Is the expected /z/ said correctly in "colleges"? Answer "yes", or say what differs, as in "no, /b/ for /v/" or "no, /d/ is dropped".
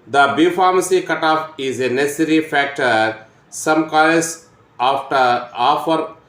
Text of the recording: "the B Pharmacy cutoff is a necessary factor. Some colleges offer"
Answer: no, /z/ is dropped